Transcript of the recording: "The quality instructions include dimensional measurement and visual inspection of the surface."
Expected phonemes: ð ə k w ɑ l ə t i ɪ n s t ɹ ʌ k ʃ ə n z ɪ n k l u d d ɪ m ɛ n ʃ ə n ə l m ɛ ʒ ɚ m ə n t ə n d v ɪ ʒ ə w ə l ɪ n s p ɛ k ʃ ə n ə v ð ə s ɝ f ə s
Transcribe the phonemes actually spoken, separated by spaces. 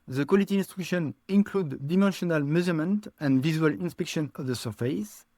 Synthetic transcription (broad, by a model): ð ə k w ɑ l ə t i n s t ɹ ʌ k ʃ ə n ɪ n k l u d d ɪ m ɛ n ʃ ə n ə l m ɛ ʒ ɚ m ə n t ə n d v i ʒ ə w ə l ɪ n s p ɛ k ʃ ə n ə v ð ə s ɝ f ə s